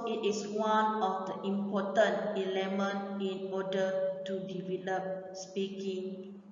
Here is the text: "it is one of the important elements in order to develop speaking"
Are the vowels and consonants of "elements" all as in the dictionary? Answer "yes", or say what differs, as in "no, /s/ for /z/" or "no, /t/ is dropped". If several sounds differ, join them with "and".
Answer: no, /s/ is dropped